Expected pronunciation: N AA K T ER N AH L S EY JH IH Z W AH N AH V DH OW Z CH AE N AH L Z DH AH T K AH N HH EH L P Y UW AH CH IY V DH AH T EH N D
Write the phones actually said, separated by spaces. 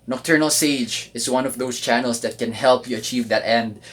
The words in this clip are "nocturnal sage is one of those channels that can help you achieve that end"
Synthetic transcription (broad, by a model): N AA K T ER N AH L S EY JH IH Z W AH N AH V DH OW S CH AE N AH L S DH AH T K AH N HH EH L P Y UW AH CH IY V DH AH T EH N D